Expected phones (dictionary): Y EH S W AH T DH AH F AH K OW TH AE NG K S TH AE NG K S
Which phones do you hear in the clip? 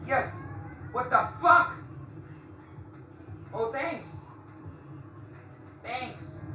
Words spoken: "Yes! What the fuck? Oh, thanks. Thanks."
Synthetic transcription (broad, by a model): Y EH S W AH T DH AH F AH K OW TH AE NG K S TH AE NG K S